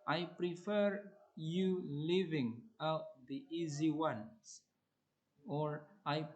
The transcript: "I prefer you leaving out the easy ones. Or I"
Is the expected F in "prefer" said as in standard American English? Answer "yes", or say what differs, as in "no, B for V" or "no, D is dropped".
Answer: yes